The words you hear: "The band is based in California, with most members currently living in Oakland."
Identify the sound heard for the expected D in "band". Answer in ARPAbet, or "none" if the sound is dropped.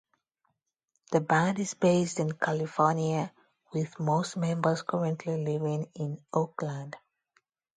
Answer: D